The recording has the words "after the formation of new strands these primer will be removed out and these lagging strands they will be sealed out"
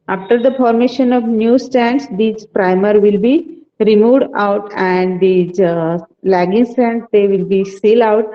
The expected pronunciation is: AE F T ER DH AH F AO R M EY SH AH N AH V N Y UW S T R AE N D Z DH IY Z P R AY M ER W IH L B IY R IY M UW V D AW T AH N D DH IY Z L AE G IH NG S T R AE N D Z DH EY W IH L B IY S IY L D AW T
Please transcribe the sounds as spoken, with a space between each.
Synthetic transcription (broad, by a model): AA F T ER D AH F AO R M EY SH AH N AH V N Y UW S T AE N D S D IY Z P R AY M ER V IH L B IY R IY M UW V D AW T AH N D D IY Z L AE G IH NG S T AE N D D EY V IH L B IY S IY L AW T